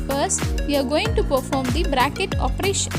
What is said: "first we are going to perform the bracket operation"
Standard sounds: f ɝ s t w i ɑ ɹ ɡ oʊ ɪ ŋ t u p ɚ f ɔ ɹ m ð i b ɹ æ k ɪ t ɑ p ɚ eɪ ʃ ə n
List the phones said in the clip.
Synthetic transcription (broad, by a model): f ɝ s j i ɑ ɹ ɡ oʊ ɪ ŋ t u p ɚ f ɔ ɹ m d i b ɹ æ k ɪ t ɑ p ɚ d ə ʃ